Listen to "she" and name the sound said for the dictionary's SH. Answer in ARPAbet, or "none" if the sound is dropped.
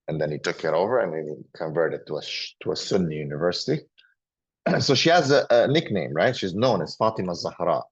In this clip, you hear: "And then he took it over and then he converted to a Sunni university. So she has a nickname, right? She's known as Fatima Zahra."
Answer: SH